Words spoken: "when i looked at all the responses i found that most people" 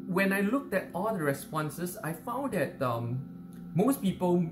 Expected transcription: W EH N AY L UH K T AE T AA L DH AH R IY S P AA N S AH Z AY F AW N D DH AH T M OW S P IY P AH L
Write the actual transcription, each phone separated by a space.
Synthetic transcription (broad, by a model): W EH N AY L UH K T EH T AA L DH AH R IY S P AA N S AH S AY F AW N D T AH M M OW S P IY P AH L